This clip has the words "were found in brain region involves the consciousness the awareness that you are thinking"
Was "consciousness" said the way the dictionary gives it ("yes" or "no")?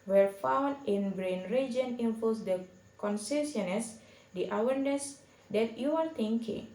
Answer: no